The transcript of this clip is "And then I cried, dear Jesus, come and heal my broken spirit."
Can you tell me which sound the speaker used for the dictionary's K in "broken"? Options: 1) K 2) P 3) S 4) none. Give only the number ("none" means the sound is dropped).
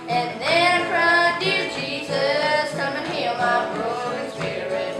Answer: 4